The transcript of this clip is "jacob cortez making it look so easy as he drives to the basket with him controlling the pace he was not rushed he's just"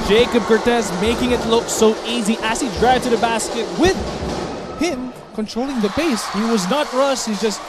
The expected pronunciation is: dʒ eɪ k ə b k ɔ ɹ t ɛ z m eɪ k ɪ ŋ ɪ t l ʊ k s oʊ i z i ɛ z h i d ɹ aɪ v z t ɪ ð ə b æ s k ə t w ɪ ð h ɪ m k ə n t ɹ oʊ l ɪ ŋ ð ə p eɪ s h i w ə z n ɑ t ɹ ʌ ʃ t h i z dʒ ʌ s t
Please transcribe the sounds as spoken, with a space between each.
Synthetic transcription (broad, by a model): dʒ eɪ k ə b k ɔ ɹ t ɛ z m eɪ k ɪ ŋ ɪ t l ʊ k s oʊ i z i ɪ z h i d ɹ aɪ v t ɪ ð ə b æ s k ə t w ɪ ð h ɪ m k ə n t ɹ oʊ l ɪ ŋ ð ə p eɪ s h i w ə z n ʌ t ɹ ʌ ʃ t h i z dʒ ʌ s t